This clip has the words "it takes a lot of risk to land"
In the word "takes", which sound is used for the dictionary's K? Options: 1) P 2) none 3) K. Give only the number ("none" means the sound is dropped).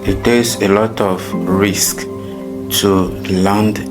2